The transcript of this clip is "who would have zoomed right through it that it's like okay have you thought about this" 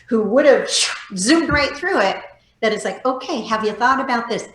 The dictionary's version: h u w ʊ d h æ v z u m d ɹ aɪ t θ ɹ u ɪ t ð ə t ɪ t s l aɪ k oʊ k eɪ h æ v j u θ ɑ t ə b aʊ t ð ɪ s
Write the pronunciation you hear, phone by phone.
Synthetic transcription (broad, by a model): h u w ʊ d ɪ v z u m d ɹ aɪ t θ ɹ u ɪ t ð ə t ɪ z l aɪ k oʊ k eɪ h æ v j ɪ θ ɑ t ə b aʊ t ð ɪ s